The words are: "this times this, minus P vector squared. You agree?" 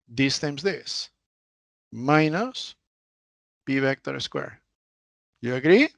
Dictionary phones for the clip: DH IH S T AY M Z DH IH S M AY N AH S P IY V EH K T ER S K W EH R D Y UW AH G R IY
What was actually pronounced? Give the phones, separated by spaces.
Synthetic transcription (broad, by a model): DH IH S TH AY M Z DH IH S M AY N AH S B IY B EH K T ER S K W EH R Y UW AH G R IY